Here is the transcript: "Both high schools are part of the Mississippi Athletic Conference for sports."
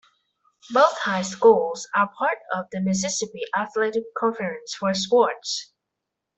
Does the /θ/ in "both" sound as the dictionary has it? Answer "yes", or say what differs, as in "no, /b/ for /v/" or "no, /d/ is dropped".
yes